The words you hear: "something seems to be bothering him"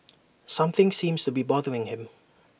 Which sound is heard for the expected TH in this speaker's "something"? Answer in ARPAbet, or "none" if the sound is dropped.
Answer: TH